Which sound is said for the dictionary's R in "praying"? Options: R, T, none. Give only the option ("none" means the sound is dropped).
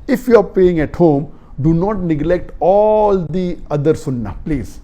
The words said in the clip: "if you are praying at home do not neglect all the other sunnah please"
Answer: none